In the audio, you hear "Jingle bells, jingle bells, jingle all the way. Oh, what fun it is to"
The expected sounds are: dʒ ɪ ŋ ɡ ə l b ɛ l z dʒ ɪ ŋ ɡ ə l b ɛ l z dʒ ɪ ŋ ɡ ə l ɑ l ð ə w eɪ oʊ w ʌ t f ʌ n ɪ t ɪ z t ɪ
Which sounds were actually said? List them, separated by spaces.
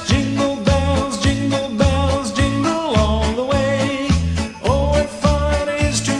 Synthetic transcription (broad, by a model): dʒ ɪ ŋ ɡ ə l b ɛ l z dʒ ɪ ŋ ɡ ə l b ɛ l z dʒ ɪ ŋ ɡ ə l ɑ n ð ə w eɪ oʊ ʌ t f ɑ ɪ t ɪ z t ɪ